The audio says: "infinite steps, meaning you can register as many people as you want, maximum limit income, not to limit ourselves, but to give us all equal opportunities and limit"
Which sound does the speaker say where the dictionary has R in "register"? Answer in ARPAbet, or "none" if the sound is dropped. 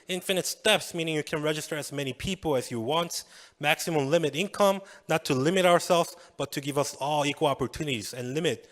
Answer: R